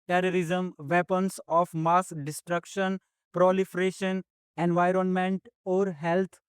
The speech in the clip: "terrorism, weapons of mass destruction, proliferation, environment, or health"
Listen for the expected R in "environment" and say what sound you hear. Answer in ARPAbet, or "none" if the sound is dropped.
R